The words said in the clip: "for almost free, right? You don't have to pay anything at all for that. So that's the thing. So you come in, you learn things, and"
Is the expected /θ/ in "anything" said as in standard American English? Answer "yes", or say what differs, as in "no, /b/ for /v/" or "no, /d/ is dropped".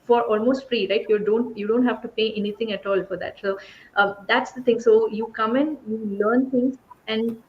no, /t/ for /θ/